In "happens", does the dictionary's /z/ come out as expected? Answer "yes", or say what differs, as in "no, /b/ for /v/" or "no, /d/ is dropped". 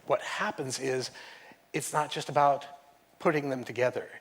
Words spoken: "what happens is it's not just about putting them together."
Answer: yes